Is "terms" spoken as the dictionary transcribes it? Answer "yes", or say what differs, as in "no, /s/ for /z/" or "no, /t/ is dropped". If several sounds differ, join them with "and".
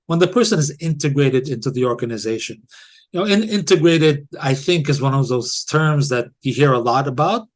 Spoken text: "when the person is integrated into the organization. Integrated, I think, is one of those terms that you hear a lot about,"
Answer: yes